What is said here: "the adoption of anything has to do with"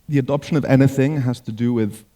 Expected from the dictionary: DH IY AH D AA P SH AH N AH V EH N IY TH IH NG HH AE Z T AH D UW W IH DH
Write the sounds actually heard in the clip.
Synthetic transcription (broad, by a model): DH IY AH D AA P SH AH N AH V EH N IY TH IH NG HH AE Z T AH D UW W IH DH